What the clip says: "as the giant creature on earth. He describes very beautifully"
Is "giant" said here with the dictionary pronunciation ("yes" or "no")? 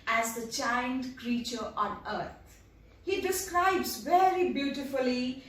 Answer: no